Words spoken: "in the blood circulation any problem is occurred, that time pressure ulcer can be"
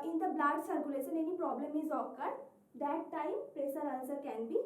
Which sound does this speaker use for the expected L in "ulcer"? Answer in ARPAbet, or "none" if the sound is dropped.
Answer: N